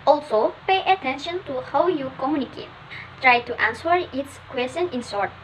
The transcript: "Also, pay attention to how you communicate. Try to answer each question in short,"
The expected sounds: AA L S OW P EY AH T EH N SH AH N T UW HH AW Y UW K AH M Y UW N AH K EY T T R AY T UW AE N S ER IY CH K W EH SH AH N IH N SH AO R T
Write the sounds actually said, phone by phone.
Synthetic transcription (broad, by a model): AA L S OW P EY AH T EH N SH AH N T UW HH AW Y UW K AH M Y UW N AH K EY T T R AY T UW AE N S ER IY S K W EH S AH N IH N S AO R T